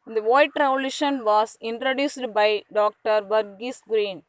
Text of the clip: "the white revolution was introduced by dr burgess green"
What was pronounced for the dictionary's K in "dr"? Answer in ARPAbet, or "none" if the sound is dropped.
K